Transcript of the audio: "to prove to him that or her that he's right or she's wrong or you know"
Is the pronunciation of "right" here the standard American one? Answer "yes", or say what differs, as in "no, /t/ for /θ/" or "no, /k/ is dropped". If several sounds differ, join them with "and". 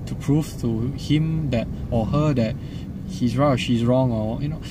no, /t/ is dropped